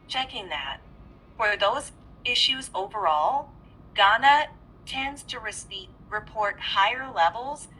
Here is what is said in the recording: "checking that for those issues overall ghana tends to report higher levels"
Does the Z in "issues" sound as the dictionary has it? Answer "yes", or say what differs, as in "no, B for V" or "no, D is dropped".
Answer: yes